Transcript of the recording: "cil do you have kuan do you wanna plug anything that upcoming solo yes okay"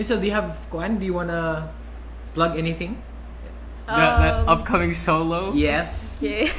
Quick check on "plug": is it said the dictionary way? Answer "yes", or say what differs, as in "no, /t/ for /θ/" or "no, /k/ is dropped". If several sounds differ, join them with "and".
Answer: no, /b/ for /p/